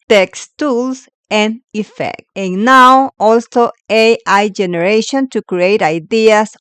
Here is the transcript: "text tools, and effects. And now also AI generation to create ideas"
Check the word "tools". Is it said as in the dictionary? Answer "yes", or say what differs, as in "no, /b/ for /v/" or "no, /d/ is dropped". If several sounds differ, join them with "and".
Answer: no, /s/ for /z/